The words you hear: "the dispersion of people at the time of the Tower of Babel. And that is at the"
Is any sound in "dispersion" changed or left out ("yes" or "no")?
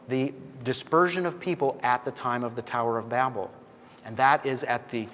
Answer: no